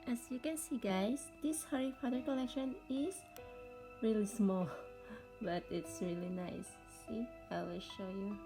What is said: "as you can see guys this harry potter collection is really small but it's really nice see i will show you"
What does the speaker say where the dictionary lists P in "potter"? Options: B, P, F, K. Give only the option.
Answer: F